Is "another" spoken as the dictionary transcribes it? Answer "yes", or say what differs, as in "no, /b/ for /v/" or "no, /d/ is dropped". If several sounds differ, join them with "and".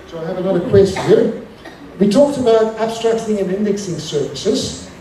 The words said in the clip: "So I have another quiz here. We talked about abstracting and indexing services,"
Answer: no, /l/ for /n/